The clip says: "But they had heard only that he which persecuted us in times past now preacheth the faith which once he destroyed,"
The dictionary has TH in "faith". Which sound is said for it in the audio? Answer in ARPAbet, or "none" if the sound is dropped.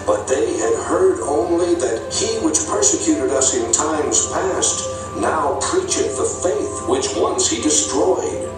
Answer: TH